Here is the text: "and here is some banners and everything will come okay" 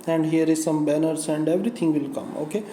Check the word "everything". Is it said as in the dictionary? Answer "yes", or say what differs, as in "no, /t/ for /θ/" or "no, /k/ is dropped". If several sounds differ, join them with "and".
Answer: no, /t/ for /θ/